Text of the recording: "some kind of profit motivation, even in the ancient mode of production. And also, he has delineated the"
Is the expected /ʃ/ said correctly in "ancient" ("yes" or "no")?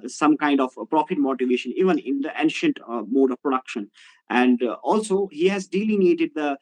yes